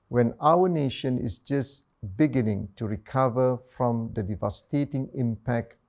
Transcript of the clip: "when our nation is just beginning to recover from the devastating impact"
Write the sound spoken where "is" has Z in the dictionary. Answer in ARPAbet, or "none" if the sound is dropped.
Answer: S